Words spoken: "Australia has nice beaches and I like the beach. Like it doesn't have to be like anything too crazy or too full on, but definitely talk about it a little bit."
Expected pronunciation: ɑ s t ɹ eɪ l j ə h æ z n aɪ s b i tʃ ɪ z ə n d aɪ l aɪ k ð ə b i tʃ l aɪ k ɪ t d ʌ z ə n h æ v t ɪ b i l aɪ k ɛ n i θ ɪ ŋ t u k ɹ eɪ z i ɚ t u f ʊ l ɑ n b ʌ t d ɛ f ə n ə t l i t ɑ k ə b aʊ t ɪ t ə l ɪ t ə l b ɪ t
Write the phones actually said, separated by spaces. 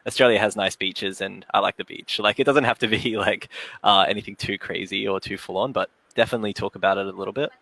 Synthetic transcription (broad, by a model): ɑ s t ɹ eɪ l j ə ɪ z n aɪ s b i tʃ ɪ z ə n aɪ l aɪ k ð ə b i tʃ l aɪ k ɪ t d ʌ z ə n h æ f t ɪ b i l aɪ k ɛ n i θ ɪ ŋ t u k ɹ eɪ z i ɚ t u f ʊ l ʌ n b ʌ t d ɛ f ə n ə t l i t ɑ k ə b aʊ t ɪ t ə l ɪ t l b ɪ t